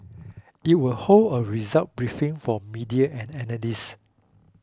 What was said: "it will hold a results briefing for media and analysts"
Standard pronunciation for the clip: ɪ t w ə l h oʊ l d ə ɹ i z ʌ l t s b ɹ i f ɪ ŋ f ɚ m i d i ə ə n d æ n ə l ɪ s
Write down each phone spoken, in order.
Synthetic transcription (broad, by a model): ɪ t w ə l h oʊ l d ə ɹ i z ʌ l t b ɹ i f ɪ ŋ f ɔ m i d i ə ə n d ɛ n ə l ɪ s